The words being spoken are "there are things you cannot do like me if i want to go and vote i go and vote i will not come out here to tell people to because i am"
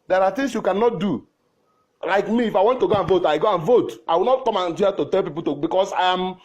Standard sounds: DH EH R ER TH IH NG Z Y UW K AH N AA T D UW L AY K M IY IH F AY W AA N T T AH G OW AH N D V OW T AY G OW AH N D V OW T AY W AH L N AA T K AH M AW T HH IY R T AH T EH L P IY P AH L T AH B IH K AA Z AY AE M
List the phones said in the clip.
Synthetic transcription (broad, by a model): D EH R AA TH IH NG S Y UW K AH N AA T D UW L AY K M IY F AY W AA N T T AH G OW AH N V OW T AY G OW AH N V OW T AY W AH L N AA T K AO M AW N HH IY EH T AH T EH L P IY P AH L T AH B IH K AA S AY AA M